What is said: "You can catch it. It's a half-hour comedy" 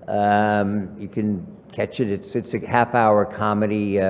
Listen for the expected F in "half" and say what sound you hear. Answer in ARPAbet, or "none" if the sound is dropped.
F